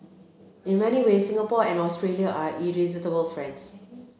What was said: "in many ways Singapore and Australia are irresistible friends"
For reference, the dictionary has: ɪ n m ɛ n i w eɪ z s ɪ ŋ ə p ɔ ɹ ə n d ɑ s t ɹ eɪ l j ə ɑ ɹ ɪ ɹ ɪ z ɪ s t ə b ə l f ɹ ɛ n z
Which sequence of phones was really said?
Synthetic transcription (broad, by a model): ɪ n m ɛ n i w eɪ s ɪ ŋ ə p ɔ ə n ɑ s t ɹ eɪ l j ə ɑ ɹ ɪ ɹ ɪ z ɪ t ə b ə l f ɹ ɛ n s